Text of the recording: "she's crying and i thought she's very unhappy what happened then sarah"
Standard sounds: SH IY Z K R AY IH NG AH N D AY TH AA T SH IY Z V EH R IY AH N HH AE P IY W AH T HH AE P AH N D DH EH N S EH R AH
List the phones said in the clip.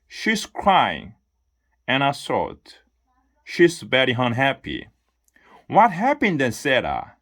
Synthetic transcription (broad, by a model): SH IY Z K R AY IH NG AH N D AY S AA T SH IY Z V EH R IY AH N HH AE P IY W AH T HH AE P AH N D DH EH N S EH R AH